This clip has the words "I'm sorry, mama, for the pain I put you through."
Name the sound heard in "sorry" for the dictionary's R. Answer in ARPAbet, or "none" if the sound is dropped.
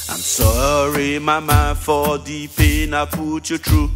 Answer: R